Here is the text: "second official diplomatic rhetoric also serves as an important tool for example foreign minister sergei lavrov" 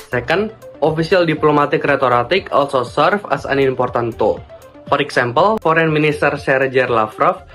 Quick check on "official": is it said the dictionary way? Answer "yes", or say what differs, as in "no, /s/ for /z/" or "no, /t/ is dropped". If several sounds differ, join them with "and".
no, /s/ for /ʃ/